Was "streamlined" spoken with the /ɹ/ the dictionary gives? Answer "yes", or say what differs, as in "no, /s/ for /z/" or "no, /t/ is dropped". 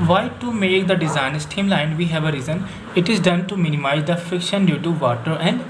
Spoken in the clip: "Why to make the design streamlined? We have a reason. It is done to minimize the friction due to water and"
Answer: no, /ɹ/ is dropped